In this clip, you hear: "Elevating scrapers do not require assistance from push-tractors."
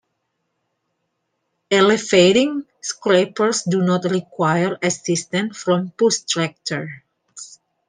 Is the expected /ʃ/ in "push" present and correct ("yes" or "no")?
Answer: no